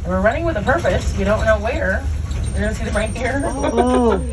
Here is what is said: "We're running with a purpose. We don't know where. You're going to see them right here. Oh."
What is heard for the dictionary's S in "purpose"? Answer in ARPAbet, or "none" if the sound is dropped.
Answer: S